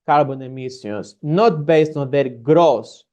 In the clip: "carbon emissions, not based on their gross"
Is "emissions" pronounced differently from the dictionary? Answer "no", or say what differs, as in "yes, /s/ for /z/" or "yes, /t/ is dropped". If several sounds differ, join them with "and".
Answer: yes, /s/ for /ʃ/